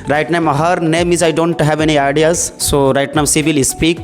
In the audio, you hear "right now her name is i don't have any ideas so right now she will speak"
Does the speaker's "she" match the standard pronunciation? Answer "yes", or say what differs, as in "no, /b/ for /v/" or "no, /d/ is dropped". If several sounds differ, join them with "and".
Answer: no, /s/ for /ʃ/